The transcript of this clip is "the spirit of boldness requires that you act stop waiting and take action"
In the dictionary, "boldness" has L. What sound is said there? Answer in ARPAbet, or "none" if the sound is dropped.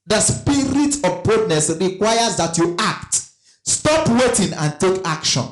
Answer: none